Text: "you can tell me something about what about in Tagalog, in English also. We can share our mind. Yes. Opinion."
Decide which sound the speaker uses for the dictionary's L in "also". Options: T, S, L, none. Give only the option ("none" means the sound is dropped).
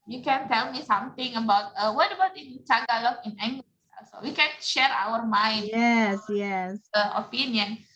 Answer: none